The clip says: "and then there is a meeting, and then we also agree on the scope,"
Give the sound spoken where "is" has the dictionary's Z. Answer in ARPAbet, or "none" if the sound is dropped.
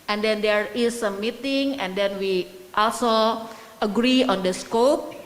S